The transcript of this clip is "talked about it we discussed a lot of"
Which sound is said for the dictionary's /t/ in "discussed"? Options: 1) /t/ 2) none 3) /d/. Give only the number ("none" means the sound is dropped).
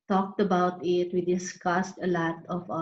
1